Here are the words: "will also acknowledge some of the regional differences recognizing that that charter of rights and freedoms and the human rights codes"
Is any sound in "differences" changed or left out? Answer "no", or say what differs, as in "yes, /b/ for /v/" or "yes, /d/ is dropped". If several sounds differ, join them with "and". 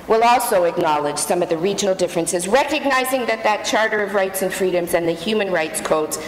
no